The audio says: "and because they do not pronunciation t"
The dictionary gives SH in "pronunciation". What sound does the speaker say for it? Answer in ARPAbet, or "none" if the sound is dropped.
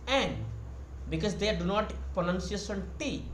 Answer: S